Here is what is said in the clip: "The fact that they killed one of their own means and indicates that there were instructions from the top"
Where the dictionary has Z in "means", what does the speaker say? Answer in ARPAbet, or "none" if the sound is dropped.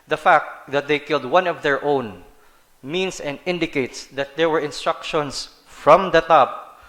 S